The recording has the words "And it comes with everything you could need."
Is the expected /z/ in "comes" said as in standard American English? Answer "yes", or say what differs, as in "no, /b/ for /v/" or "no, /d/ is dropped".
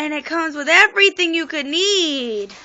yes